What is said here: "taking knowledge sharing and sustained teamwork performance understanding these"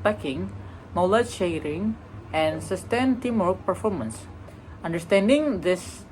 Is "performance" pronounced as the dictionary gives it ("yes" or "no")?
yes